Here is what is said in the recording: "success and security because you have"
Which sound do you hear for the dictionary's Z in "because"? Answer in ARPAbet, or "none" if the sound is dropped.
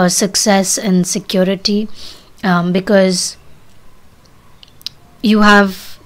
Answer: Z